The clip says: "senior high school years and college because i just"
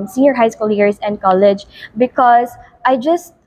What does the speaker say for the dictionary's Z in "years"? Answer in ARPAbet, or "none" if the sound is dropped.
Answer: S